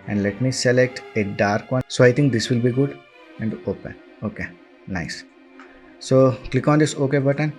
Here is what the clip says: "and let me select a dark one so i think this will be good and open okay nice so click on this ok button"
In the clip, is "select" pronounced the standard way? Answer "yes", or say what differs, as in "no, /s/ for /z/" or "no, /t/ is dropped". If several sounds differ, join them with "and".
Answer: yes